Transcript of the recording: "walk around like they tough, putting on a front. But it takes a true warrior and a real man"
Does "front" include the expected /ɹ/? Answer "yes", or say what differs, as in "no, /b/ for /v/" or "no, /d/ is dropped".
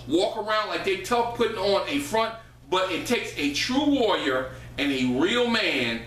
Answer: yes